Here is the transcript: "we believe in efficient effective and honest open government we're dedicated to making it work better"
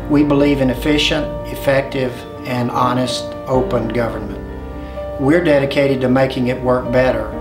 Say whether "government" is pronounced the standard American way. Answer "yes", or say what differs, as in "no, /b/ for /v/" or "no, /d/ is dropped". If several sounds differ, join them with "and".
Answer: yes